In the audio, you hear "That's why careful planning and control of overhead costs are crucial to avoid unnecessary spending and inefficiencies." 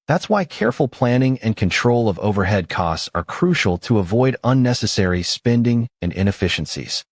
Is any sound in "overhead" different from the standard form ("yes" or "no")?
no